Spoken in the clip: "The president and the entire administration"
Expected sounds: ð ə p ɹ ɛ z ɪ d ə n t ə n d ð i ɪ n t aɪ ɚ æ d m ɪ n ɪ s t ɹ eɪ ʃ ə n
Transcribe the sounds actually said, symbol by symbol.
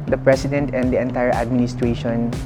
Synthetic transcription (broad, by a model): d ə p ɹ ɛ s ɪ d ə n t ə n d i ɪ n t aɪ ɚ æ d m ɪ n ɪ s t ɹ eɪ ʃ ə n